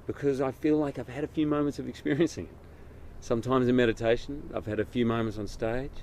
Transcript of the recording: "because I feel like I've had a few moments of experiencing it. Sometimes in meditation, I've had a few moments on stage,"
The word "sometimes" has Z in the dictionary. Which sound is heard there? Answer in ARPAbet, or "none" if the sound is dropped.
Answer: Z